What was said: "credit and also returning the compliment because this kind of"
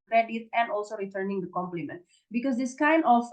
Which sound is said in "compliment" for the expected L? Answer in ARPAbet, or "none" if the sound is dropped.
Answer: L